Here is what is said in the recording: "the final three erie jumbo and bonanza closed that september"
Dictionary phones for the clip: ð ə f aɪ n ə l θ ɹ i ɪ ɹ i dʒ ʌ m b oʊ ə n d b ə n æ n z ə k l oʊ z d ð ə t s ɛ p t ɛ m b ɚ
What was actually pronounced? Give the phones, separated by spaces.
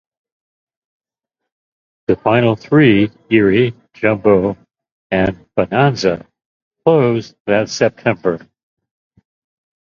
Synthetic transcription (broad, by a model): ð ə f aɪ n l θ ɹ i ɪ ɹ i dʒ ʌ m b oʊ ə n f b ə n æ n z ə k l oʊ z ð ə t s ɛ p t ɛ m b ɚ